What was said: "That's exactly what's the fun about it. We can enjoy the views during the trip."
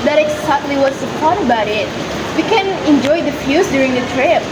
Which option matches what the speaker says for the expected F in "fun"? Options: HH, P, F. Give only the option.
P